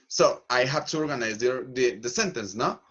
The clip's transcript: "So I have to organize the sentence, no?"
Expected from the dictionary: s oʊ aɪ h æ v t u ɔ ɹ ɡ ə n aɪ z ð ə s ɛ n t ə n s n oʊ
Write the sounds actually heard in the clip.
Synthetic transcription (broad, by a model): s oʊ aɪ h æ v t u ɔ ɹ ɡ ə n aɪ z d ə s ɛ n t ə n s n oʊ